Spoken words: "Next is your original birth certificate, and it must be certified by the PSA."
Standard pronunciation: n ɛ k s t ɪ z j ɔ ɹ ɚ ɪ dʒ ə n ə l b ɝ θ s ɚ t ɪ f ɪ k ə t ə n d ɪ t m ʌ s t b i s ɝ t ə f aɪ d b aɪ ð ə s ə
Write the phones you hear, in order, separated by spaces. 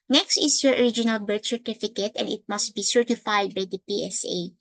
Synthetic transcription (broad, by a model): n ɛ k s t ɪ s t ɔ ɹ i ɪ dʒ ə n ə l b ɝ t s ɚ t ɪ f ɪ k ə t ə n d ɪ t m ʌ s t b i s ɝ t ə f aɪ d b aɪ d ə s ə